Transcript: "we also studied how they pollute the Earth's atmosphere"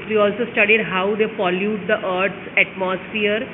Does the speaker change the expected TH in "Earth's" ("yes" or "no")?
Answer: yes